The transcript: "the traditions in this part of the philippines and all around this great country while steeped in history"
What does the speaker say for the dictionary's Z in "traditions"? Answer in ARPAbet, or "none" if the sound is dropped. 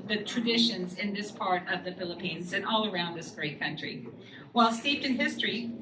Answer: Z